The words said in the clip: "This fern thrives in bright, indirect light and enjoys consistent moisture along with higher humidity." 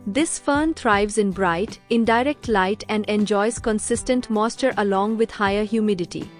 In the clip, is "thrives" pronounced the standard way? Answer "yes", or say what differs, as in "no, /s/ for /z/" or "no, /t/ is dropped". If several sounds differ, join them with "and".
no, /t/ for /θ/